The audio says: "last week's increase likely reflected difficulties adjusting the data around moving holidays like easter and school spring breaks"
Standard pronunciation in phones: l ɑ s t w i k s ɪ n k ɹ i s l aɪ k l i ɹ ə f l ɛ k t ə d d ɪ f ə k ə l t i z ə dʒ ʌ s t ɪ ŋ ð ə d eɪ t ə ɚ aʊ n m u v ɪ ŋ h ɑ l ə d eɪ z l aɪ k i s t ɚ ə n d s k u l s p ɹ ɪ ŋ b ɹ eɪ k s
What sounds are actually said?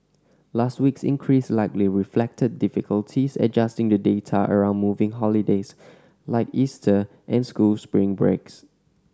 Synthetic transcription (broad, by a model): l ɑ s t w i k s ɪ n k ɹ i s l aɪ k l i ɹ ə f l ɛ k t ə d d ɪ f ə k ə l t i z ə dʒ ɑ s t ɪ ŋ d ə d eɪ t ə ɚ aʊ n m u v ɪ ŋ h ɑ l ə d eɪ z l aɪ k i s t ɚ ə n s k u l s p ɹ ɪ ŋ b ɹ eɪ k s